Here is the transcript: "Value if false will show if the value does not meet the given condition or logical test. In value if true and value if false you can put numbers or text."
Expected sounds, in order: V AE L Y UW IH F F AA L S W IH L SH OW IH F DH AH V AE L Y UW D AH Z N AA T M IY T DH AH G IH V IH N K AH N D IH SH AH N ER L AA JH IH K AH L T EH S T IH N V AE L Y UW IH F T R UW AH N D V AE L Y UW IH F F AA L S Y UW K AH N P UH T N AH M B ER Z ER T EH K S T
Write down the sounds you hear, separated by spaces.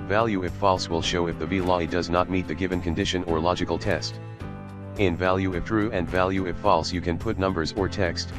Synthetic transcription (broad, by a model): V AE L Y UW IH F F AA L S W IH L SH OW IH F DH AH B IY L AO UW D AH Z N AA T M IY T DH AH G IH V IH N K AH N D IH SH AH N ER L AA JH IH K L T EH S T IH N V AE L Y UW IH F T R UW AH N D V AE L Y UW IH F F AA L S Y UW K AH N P UH T N AH M B ER Z ER T EH K S T